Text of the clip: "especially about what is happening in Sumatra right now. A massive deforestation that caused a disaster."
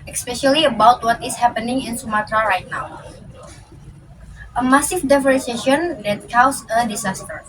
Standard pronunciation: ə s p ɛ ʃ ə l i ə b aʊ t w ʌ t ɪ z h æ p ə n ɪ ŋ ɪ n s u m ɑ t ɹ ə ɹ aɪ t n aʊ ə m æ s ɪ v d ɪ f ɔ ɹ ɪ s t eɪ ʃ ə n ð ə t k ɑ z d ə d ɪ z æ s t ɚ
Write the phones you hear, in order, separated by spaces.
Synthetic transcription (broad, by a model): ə s p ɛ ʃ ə l i ə b aʊ t w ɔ t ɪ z h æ p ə n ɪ ŋ ɪ n s u m ɑ t ɹ ə ɹ aɪ t n aʊ ə m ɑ s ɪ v d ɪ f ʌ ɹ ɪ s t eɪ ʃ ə n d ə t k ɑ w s ə d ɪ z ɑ s t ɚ